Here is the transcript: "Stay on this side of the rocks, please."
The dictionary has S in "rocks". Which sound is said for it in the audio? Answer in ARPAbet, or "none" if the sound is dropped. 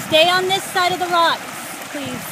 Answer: none